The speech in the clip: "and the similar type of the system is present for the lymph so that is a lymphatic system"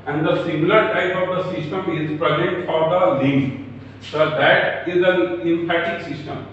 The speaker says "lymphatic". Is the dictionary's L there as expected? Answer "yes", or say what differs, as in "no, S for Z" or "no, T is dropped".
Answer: no, N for L